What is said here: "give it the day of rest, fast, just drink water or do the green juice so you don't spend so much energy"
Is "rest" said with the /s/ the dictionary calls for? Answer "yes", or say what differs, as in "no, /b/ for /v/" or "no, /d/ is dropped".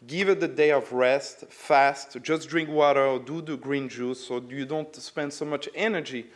yes